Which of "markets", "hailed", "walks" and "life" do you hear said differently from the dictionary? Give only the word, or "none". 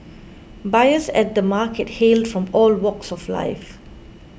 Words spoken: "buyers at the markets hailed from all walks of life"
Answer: markets